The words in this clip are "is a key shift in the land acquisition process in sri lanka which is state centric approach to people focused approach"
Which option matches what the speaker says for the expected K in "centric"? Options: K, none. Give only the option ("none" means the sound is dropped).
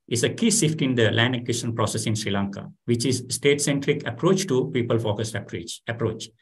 K